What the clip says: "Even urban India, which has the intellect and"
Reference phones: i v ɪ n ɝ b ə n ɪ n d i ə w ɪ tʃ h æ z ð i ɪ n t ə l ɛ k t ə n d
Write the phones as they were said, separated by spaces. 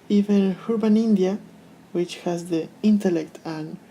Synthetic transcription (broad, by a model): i v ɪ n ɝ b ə n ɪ n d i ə w ɪ tʃ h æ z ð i ɪ n t ə l ɛ k t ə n